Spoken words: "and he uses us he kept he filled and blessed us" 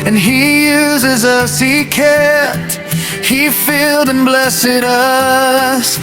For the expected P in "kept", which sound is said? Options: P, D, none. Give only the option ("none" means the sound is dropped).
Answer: none